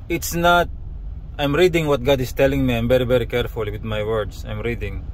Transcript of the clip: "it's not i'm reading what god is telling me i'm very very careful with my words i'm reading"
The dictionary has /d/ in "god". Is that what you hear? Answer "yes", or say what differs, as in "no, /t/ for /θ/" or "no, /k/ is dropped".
yes